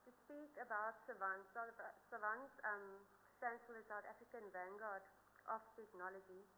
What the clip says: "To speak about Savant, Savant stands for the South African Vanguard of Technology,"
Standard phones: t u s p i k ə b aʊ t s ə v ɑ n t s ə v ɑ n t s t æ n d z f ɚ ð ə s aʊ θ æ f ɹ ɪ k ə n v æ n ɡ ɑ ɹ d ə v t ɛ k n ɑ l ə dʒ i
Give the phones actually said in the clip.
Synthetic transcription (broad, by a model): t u s p i k ə b aʊ t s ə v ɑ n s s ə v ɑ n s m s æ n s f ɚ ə s aʊ t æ f ɹ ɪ k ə n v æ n ɡ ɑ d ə f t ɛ k n ɑ l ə dʒ i